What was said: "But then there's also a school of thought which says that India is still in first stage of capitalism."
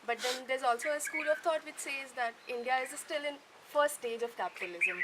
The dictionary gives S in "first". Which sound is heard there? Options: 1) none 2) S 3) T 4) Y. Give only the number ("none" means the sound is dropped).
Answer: 1